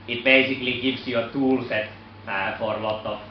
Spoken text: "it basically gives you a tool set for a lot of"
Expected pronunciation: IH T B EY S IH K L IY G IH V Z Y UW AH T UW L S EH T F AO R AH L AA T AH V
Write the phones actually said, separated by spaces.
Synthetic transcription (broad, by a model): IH T B EY S IH K L IY G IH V S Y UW AH T UW L S EH T F AO R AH L AA T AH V